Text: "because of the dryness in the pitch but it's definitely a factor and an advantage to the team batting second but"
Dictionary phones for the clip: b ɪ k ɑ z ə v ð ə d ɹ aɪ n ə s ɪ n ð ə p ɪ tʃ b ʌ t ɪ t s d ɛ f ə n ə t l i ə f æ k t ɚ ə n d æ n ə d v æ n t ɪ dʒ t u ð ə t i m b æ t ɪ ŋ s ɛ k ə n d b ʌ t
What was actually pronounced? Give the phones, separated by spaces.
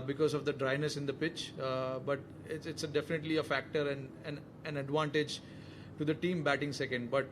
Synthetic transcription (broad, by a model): b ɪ k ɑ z ə v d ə d ɹ aɪ n ə s ɪ n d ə p ɪ tʃ b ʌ t ɪ t s d ɛ f ə n ə t l i ə f æ k t ɚ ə n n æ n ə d v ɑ n t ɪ dʒ t u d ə t i m b æ t ɪ ŋ s ɛ k ə n d b ʌ t